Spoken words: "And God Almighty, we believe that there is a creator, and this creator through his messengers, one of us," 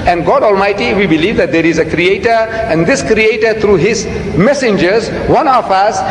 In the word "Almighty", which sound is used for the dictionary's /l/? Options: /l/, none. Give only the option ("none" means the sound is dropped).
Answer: /l/